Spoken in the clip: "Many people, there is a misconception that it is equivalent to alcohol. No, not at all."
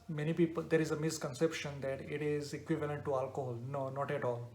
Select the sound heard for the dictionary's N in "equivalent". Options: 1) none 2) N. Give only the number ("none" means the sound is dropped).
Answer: 2